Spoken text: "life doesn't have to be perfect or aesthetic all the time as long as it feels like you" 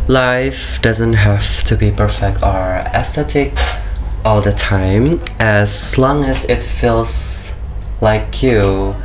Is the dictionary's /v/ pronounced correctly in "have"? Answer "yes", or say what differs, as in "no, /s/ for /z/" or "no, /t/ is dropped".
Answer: no, /f/ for /v/